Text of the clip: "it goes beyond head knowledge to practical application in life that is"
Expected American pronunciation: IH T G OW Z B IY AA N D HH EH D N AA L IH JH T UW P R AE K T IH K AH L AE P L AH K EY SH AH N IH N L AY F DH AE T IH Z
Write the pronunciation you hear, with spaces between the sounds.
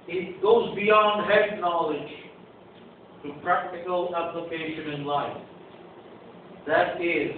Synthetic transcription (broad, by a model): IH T G OW Z B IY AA N D HH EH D N AA L IH JH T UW P R AE K T IH K AH L AE P L AH K EY SH AH N IH N L AY F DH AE T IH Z